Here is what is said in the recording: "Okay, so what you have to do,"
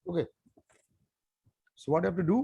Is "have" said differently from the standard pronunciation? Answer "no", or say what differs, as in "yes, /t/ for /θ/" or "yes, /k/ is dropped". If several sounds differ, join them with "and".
yes, /f/ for /v/